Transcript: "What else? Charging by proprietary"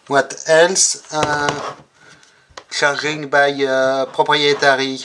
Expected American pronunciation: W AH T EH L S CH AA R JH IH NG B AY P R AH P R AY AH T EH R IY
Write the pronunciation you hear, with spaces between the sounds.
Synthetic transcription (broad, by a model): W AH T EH L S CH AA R IH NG B AY P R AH P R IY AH T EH R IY